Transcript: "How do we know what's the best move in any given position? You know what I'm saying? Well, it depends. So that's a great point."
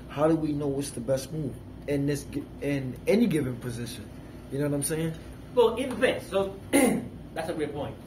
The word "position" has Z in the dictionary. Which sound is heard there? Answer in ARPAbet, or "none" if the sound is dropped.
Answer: Z